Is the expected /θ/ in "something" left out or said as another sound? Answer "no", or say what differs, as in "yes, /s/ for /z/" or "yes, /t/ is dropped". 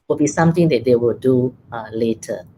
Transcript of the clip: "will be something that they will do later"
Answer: yes, /t/ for /θ/